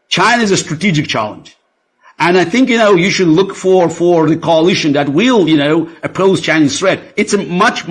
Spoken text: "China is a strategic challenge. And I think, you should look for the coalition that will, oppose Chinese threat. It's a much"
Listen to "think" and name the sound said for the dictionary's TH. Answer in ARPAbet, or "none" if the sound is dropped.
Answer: TH